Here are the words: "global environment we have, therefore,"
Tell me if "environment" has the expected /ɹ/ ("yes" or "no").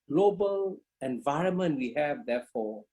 yes